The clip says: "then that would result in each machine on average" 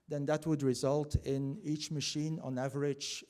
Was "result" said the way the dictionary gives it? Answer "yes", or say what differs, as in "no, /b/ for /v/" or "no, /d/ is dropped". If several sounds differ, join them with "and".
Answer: yes